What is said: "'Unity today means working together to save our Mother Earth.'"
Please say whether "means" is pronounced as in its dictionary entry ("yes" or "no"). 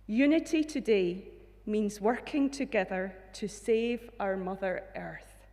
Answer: yes